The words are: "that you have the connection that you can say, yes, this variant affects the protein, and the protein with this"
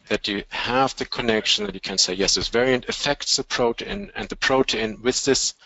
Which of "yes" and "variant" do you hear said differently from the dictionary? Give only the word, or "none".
none